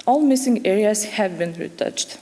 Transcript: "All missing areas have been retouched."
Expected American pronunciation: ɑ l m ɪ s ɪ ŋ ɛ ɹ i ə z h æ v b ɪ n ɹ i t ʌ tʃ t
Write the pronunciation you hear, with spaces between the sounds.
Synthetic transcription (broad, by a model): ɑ l m ɪ s ɪ ŋ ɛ ɹ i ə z h æ v b ɪ n ɹ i t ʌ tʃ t